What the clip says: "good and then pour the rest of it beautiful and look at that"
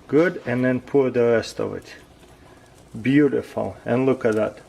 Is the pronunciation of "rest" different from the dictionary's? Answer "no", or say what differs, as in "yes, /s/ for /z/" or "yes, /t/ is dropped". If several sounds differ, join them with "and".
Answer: no